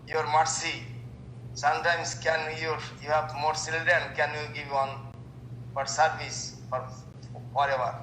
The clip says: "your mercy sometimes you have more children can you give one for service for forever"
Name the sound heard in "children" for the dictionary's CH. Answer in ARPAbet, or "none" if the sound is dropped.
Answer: S